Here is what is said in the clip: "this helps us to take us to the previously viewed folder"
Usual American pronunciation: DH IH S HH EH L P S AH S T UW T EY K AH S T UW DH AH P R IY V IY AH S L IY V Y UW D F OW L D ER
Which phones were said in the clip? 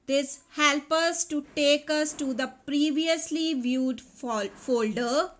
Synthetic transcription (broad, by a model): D IH S HH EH L P AH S T UW T EY K AH S T UW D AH P R IY V IY AH S L IY V Y UW D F OW L D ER